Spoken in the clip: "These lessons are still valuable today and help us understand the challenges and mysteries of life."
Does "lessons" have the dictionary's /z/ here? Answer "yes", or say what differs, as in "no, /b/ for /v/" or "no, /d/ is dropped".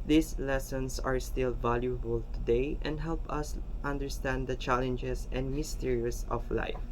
no, /s/ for /z/